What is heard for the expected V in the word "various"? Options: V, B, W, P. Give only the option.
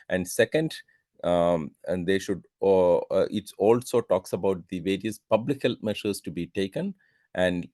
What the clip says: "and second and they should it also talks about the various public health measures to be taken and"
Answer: V